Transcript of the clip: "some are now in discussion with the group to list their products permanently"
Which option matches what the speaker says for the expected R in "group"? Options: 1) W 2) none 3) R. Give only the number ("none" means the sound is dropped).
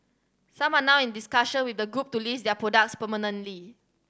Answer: 3